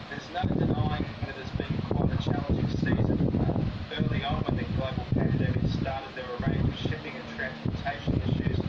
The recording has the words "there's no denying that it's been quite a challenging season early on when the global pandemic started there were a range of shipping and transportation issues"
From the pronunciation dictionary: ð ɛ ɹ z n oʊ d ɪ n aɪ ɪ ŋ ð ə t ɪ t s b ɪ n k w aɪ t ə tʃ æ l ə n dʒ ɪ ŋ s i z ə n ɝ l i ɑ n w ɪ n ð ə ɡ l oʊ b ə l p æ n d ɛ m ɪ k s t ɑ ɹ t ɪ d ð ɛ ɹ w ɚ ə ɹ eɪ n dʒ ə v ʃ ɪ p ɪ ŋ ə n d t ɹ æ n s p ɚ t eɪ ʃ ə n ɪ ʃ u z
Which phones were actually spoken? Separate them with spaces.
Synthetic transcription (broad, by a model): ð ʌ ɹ z n oʊ d ɪ n aɪ ɪ ŋ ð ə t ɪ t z b ɪ n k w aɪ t ə tʃ æ l ə n dʒ ɪ ŋ s i z ə n ɝ l i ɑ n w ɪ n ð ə ɡ l oʊ b ə l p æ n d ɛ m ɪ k s t ɑ ɹ t ɪ d ð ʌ ɹ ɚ ə ɹ eɪ n dʒ ə v ʃ ɪ p ɪ ŋ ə n t ɹ æ n s p ɚ t eɪ ʃ ə n ɪ ʃ u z